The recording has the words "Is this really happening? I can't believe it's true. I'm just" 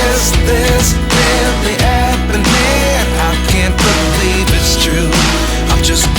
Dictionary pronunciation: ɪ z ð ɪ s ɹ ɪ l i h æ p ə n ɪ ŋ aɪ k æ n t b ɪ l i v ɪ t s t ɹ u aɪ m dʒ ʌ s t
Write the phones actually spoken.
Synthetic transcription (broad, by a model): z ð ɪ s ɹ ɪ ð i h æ ə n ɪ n aɪ k æ n t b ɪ l i v ɪ t s t ɹ u aɪ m dʒ ʌ s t